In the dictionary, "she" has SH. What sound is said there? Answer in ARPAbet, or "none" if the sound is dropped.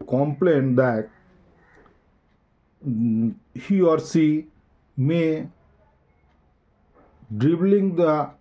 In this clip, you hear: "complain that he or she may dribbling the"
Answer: S